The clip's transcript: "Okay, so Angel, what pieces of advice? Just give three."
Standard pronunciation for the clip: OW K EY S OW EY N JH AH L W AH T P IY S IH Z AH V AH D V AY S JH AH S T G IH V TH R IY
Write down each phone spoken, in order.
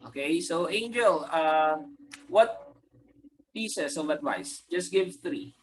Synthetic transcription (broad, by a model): OW K EY S OW EY N JH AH L W AH T P IY S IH S AH V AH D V AY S JH AH S T G IH V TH R IY